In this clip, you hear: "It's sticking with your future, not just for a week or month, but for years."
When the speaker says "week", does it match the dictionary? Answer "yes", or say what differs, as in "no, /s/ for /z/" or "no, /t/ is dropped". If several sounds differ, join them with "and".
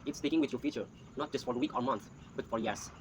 yes